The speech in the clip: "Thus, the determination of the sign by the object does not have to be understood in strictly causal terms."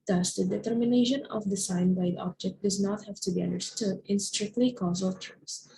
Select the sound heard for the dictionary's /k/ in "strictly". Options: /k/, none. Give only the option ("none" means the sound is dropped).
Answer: /k/